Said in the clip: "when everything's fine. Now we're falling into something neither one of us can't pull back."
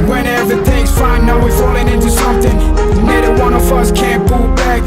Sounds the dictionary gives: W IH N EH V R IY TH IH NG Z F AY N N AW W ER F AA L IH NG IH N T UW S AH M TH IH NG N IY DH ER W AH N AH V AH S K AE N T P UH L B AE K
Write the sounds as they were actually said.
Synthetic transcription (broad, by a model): W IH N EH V IY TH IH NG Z F AY N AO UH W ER F AA L IH NG IH N T UW S AH M TH IH NG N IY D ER W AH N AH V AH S K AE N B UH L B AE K